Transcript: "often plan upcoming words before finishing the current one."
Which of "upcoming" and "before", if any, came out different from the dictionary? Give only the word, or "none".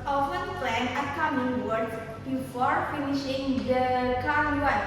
upcoming